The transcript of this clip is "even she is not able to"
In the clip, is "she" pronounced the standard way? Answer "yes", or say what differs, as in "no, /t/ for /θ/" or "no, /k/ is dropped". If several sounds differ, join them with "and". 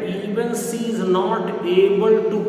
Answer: no, /s/ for /ʃ/